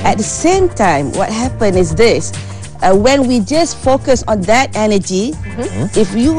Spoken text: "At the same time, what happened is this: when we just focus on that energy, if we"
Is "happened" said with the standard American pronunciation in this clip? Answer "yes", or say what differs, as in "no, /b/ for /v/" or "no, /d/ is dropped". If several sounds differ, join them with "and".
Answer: no, /d/ is dropped